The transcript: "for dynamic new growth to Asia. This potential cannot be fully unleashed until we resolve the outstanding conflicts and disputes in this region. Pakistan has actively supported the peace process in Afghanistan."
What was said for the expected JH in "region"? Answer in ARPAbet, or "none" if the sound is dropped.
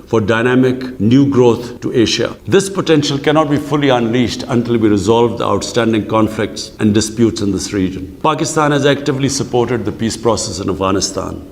JH